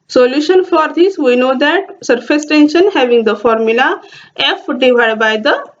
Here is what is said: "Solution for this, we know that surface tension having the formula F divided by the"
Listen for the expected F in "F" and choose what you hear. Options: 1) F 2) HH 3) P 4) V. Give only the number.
1